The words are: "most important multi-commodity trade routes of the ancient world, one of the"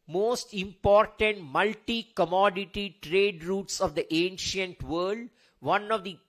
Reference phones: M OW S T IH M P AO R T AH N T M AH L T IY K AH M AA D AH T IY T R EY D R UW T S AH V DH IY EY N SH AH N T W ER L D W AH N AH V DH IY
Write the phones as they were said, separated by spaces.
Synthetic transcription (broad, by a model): M OW S T IH M P AO R T AH N T M AH L T IY K AH M AA D AH T IY T R EY D R UW T S AH V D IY EY N SH AH N T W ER L D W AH N AH V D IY